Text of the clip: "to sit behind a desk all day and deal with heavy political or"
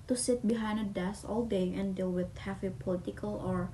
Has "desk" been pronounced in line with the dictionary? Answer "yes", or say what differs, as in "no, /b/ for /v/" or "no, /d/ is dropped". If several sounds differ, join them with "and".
no, /k/ is dropped